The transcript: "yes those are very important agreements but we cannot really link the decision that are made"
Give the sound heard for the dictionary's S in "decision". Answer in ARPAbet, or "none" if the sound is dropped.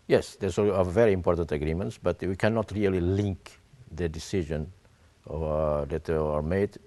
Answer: S